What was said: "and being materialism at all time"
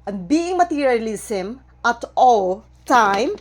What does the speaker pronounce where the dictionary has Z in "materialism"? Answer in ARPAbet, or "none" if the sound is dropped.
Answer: S